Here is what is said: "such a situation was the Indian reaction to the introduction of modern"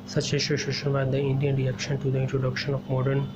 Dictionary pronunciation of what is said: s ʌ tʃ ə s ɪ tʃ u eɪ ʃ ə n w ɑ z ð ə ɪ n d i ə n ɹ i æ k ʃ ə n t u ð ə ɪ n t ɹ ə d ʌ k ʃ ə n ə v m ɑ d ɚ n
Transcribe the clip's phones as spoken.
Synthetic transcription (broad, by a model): s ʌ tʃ ə ʃ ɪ ʃ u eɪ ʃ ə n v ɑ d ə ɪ n d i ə n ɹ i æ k ʃ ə n t u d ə ɪ n t ɹ ə d ʌ k ʃ ə n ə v m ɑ d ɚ n